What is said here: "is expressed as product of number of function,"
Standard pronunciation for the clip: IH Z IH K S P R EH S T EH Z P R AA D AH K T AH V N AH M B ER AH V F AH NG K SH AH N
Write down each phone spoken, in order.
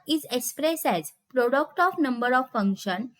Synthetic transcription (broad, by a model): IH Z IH K S P R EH S EH Z P R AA D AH K T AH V N AH M B ER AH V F AH NG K SH AH N